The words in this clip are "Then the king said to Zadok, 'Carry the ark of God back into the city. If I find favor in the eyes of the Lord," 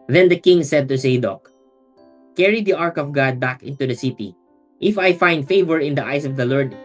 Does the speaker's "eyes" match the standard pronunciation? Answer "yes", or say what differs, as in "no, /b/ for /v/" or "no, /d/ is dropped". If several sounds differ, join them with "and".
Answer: no, /s/ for /z/